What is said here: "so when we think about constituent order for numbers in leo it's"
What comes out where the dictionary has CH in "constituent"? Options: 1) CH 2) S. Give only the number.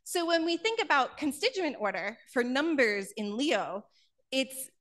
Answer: 1